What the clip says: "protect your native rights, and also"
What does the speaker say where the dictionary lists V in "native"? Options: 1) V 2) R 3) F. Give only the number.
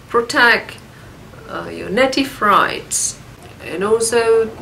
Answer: 3